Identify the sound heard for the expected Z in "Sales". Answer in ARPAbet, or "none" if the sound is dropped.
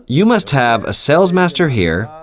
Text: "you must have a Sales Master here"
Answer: Z